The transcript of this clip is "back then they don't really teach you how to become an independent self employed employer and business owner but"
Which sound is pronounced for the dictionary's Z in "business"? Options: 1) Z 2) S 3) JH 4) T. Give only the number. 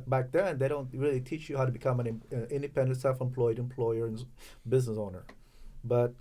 1